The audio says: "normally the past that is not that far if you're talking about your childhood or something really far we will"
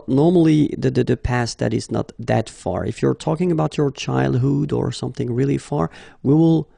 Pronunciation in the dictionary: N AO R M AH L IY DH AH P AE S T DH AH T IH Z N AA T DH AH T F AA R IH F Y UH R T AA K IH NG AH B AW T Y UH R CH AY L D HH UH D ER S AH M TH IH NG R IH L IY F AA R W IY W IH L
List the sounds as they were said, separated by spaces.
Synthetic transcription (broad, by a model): N AO R M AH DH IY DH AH P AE S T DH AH T IH Z N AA T DH AH T F AA R IH F Y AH R T AA K IH NG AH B AW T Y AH R CH AY L D HH UH D ER S AH M TH IH NG R IH L IY F AA R W IY W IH L